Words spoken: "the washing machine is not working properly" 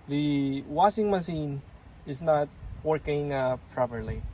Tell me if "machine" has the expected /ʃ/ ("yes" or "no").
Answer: no